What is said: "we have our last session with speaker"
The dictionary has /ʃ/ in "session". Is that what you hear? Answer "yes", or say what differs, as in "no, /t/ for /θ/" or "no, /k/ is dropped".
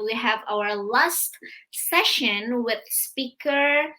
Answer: yes